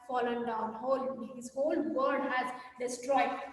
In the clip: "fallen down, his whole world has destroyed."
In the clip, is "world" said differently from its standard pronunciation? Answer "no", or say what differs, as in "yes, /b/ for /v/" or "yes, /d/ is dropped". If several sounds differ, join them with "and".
yes, /l/ is dropped